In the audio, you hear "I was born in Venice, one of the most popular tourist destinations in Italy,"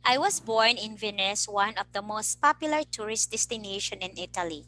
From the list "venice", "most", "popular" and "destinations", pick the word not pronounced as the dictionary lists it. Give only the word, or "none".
destinations